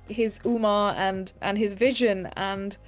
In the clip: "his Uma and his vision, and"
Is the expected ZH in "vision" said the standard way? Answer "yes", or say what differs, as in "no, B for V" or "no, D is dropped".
yes